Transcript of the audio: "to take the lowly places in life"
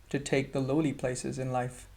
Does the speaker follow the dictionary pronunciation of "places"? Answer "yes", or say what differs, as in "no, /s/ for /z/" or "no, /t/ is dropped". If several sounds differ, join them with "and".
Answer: yes